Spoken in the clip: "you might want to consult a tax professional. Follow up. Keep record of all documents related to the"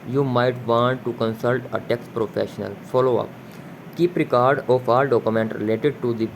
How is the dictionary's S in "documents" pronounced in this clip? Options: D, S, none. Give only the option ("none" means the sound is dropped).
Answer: none